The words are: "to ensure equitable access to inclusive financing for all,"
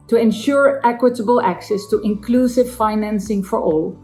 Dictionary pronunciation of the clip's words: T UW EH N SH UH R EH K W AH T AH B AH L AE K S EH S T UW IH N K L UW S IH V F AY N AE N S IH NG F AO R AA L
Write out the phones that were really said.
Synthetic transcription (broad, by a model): T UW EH N SH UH R EH K W AH T AH B AH L AE K S EH S T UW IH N K L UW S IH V F AY N AE N S IH NG F AO R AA L